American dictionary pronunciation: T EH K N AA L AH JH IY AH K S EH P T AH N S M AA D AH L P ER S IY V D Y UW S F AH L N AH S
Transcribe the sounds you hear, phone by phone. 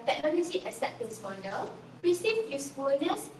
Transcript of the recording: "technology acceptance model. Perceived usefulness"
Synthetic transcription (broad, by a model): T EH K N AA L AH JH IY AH S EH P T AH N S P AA D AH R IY S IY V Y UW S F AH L N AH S